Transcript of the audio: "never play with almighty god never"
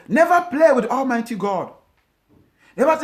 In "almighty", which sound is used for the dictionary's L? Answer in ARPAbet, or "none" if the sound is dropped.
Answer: L